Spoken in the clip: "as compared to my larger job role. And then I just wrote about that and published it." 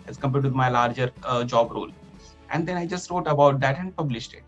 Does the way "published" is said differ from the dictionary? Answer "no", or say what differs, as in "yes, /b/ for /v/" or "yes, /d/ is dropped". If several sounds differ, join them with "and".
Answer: no